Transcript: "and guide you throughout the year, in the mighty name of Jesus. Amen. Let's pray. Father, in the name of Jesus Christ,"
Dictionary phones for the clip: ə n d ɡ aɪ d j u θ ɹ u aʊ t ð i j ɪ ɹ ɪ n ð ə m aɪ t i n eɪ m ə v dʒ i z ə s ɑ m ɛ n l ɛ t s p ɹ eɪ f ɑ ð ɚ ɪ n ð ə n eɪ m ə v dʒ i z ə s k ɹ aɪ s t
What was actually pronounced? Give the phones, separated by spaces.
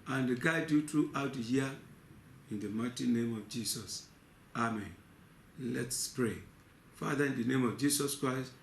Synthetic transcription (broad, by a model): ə n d ɡ aɪ d j u t ɹ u aʊ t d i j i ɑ ɪ n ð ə m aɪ t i n eɪ m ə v dʒ i s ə s ɑ m ɛ n l ɛ t s p ɹ eɪ f ɑ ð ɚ ɪ n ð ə n eɪ m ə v dʒ i s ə s k ɹ aɪ s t